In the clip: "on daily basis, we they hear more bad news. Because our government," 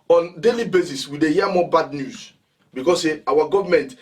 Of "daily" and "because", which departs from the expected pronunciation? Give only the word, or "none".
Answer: because